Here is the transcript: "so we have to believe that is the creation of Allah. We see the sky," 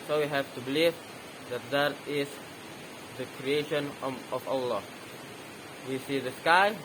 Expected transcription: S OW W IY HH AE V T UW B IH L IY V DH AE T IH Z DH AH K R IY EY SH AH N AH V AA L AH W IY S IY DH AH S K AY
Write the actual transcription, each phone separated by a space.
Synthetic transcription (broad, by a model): S OW W IY HH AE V T UW B IH L IY V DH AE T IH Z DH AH K R IY EY SH AH N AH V AA L AH W IY S IY DH AH S K AY